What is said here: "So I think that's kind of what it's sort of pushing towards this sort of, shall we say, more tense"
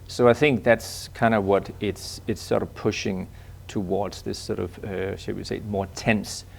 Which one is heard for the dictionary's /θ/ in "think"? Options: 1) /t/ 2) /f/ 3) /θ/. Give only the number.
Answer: 3